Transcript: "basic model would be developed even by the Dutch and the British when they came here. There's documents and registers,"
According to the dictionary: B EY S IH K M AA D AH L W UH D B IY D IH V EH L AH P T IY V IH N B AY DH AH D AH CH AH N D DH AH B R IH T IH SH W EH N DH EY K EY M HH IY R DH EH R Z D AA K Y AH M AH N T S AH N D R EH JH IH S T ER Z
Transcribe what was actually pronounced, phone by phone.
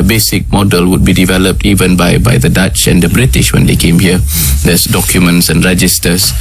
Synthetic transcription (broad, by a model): B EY S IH K M AA D AH L W UH D B IY D IH V EH L AH P T IY V IH N B AY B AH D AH CH AH N D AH B R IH T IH SH W EH N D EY K EY M HH IY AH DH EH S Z D AA K Y AH M AH N T S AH N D R EH JH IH S T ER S